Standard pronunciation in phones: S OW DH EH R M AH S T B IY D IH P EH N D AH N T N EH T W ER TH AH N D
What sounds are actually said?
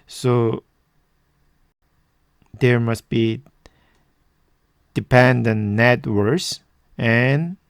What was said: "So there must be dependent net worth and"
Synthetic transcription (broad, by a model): S OW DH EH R M AH S T B IY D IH P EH N D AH N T N EH T W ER S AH N